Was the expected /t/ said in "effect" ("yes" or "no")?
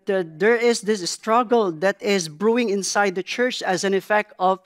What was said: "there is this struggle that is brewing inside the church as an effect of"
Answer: yes